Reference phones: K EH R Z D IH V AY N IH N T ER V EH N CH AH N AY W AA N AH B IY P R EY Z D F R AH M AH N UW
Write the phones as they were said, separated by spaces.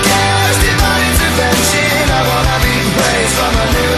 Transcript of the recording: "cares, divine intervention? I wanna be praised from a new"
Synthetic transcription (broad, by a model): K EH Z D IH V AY IH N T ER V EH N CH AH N AY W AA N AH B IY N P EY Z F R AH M AH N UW